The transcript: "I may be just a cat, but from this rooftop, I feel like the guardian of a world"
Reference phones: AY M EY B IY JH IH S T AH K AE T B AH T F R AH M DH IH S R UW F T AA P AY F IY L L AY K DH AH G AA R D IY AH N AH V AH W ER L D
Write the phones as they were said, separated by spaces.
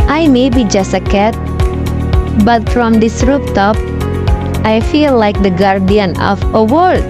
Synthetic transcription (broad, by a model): AY M EY B IY JH IH S T AH K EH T B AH T F R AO M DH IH S R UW P T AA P AY F IY L L AY K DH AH G AA R D IY AH N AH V AH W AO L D